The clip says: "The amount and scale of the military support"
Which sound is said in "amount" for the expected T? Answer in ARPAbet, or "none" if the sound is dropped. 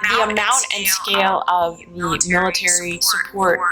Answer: T